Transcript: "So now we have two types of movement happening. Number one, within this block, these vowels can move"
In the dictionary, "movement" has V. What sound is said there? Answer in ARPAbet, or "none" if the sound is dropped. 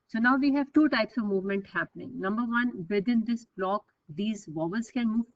V